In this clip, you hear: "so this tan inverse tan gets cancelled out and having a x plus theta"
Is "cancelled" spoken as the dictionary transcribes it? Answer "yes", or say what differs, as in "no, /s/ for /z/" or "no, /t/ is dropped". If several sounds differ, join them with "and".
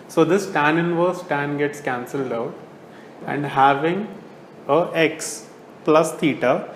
yes